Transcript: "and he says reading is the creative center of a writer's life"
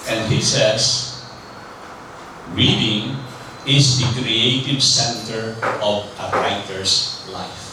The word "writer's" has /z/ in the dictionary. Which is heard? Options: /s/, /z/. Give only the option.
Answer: /s/